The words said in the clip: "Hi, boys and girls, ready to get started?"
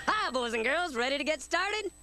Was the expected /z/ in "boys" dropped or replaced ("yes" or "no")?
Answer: no